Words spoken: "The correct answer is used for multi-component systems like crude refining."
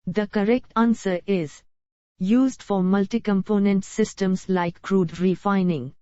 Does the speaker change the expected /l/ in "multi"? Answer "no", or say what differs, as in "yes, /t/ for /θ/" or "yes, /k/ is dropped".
no